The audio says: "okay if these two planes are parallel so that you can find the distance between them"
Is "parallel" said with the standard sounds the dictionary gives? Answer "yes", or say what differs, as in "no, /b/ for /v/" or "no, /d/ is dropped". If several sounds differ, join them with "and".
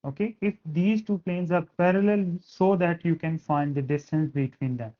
yes